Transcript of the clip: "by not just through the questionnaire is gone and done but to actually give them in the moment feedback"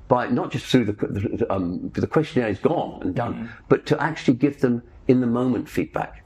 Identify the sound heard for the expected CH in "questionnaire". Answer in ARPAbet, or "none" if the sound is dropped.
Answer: CH